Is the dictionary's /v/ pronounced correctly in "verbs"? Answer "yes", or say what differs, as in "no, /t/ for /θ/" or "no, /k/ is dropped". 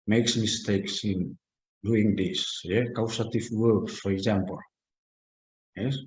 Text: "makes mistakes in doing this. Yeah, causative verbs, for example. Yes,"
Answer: no, /w/ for /v/